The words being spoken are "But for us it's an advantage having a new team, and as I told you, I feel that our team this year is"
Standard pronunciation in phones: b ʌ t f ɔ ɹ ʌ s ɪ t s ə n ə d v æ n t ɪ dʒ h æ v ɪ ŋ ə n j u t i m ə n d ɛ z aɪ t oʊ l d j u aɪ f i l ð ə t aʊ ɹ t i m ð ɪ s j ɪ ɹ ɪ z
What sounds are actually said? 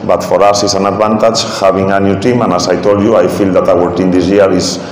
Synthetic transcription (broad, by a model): b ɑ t f ɔ ɹ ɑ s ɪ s ə n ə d b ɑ n t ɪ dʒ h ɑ b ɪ ŋ ə n j u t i m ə n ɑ s aɪ t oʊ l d j u aɪ f i l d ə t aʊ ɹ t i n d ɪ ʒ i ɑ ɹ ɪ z